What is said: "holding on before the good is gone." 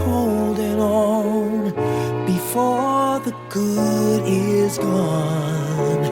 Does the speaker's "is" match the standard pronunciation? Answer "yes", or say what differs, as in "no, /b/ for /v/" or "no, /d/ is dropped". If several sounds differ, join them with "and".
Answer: yes